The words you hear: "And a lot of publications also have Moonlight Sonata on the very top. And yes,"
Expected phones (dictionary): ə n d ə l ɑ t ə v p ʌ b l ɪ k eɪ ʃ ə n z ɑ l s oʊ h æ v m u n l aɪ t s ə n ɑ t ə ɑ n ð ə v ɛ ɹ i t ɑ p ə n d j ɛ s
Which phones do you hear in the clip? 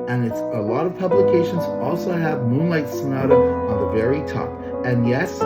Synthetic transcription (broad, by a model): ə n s ə l ɑ t ə v p ʌ b l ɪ k eɪ ʃ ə n z ɑ l s oʊ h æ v m u n l aɪ t s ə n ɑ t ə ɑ n ð ə v ɛ ɹ i t ɑ p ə n j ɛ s